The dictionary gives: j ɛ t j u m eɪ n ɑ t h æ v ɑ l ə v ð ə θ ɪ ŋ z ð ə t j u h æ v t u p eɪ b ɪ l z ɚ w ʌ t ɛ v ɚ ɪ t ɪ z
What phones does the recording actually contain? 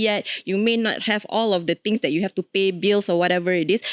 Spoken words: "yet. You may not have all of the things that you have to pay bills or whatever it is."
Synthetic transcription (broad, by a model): j ɛ t j u m eɪ n ɑ t h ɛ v ɑ l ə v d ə t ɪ ŋ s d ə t j u h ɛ f t u p eɪ b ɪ l s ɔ w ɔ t ɛ v ɚ ɪ t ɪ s